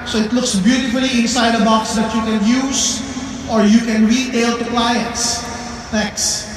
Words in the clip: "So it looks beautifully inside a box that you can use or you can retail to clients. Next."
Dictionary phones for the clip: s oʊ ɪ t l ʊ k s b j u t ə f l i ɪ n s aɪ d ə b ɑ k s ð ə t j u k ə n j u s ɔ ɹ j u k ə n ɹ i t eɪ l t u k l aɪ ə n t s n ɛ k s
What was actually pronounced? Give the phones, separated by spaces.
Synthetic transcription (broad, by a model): s oʊ ɪ t l ʊ k s b j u t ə f l i ɪ n s aɪ d ə b ɑ k s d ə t j u k ə n j u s ɔ ɹ j u k ə n ɹ i t eɪ l t u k l aɪ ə n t s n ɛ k s